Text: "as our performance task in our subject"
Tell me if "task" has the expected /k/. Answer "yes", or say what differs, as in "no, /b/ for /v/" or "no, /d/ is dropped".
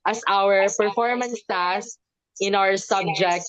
no, /k/ is dropped